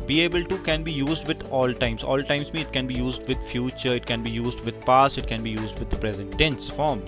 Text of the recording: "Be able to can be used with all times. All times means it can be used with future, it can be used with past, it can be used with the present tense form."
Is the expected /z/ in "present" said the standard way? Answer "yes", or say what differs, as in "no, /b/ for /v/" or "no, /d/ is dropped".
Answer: yes